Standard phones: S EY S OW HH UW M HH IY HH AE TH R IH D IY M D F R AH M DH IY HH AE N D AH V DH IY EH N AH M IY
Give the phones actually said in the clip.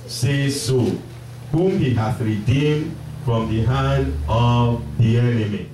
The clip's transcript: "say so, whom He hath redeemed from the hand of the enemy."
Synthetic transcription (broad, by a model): S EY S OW HH UW M HH IY HH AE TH R IH D IY M D F R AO M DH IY HH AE N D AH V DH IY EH N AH M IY